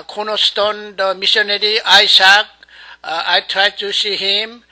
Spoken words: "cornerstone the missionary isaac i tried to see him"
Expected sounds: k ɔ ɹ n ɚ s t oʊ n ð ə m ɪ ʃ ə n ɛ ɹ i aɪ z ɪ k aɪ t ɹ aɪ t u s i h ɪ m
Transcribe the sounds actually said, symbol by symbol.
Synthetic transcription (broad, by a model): k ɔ n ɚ s t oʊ n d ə m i s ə n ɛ ɹ i aɪ s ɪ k aɪ t ɹ aɪ t u s i h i m